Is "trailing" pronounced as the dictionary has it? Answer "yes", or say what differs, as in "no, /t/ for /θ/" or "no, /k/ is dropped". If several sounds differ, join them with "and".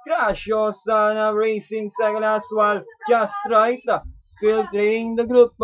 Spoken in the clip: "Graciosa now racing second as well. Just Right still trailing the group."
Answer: no, /n/ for /l/